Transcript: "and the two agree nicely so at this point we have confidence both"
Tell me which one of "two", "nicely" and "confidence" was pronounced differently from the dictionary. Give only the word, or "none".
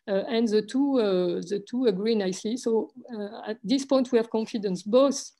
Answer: none